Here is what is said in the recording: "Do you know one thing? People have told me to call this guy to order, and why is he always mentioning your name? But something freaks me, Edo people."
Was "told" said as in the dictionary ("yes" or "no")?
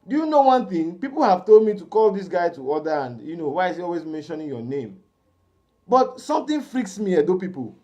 yes